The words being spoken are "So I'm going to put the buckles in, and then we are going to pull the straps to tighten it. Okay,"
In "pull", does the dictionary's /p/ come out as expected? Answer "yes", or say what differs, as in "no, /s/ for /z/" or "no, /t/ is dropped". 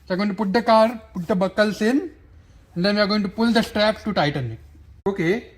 yes